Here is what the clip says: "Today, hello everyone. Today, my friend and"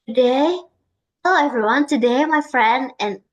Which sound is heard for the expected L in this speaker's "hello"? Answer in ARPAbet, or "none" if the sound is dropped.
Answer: none